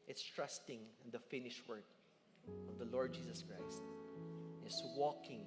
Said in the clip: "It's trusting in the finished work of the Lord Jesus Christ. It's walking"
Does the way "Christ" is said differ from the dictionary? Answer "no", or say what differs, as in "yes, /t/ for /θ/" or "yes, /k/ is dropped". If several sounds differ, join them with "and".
no